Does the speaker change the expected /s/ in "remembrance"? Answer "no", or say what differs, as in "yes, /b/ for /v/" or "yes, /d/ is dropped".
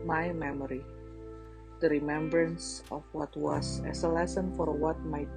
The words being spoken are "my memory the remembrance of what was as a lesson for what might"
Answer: no